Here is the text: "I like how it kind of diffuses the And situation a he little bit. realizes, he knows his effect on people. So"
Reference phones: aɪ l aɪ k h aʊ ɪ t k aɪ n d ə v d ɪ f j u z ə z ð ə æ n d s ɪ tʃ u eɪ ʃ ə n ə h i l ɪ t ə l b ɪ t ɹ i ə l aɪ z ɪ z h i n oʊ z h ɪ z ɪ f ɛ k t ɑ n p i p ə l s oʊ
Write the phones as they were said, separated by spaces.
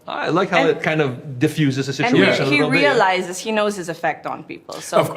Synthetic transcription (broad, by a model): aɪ l aɪ k h aʊ ɪ t k aɪ n d ə v d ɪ f j u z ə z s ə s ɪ u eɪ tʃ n ə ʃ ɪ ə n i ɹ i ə l aɪ z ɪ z h i n oʊ z h ɪ z ɪ f ɛ k t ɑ n p i p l l s oʊ